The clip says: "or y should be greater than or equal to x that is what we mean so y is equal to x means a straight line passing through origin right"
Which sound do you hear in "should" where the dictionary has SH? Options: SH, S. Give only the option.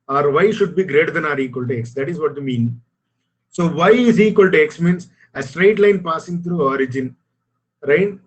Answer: SH